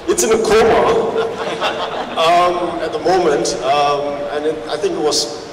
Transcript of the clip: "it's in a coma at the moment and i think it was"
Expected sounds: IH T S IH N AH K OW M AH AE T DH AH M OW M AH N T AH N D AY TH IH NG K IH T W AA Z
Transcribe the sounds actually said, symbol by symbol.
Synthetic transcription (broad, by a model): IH T S IH N AH K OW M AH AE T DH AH M OW M AH N T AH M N AY TH IH NG K IH T W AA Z